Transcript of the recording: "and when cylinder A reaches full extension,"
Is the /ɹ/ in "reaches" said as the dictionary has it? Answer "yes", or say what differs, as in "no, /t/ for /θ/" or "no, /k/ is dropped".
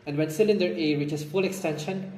no, /w/ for /ɹ/